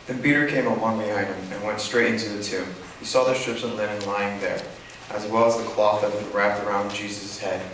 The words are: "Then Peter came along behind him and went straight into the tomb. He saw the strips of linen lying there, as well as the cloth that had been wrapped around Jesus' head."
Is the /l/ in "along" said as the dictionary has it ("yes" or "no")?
no